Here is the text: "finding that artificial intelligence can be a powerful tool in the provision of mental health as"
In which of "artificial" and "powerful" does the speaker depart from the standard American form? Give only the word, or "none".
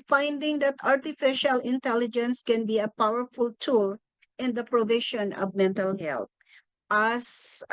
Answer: none